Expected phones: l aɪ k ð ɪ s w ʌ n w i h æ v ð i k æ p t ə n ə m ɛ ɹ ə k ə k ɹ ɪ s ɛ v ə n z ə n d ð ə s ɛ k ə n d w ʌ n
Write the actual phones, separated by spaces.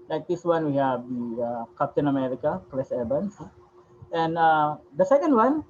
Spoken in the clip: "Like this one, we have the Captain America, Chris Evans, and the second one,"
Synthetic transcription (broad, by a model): l aɪ k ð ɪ s w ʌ n w i h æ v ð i k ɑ p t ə n ə m ɛ ɹ ə k ə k l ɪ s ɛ b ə n s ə n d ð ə s ɛ k ə n d w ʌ n